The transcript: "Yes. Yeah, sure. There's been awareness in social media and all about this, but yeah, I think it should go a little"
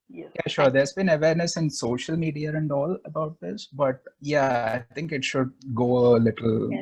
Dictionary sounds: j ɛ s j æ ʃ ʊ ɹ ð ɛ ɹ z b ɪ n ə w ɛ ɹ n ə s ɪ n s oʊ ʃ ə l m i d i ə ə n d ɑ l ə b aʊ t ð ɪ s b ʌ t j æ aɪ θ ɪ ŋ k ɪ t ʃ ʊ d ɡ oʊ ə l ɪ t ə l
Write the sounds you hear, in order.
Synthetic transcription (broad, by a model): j j æ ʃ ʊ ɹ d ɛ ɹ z b ɪ n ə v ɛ ɹ n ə s ɪ n s oʊ ʃ ə l m i d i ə ə n d ɑ l ə b aʊ t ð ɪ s b ʌ t j æ aɪ t ɪ ŋ k ɪ t ʃ ʊ d ɡ oʊ ə l ɪ t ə l